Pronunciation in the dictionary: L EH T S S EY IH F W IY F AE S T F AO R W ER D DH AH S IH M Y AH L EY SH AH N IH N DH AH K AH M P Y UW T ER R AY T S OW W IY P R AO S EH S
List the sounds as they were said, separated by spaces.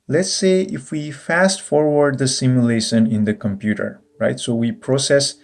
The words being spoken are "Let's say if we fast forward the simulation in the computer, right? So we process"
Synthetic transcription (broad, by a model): L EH T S S EY IH F W IY F AE S T F AO R W ER D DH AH S IH M Y AH L EY SH AH N IH N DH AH K AH M P Y UW T ER R AY T S OW W IY P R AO S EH S